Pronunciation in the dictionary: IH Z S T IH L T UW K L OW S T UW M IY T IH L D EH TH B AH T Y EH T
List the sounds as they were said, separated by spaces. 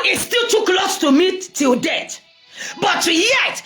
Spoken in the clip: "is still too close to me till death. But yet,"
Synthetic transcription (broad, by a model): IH S T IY L T UW K L OW S T UW M IY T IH L D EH T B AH T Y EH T